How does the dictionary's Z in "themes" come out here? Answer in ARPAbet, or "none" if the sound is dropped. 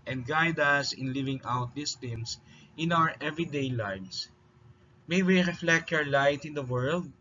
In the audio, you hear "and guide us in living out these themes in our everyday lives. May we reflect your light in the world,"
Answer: S